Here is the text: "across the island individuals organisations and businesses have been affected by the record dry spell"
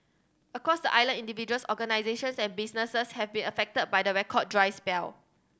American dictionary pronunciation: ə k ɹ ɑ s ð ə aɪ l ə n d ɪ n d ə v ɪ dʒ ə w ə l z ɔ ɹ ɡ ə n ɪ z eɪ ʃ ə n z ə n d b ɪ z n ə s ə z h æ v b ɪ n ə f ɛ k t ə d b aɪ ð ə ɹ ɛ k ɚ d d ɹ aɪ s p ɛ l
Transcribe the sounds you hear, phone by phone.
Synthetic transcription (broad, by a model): ə k ɹ ɑ s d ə aɪ l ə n i n d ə v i dʒ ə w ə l s ɔ ɡ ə n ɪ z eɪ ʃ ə n s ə n b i s n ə s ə s h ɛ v b ɪ n ə f ɛ k t ə d b aɪ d ə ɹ ɛ k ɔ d d ɹ aɪ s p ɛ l